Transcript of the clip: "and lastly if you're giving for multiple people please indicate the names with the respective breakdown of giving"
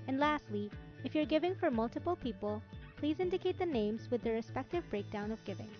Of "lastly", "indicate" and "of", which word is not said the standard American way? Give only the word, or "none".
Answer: none